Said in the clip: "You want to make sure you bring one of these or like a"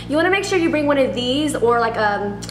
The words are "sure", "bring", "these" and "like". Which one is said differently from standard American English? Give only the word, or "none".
none